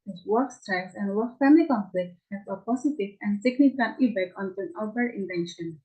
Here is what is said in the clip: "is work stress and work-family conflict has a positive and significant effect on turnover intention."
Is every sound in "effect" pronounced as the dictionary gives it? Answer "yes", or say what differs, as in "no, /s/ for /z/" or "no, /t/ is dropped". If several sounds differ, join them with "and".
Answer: no, /p/ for /f/ and /t/ is dropped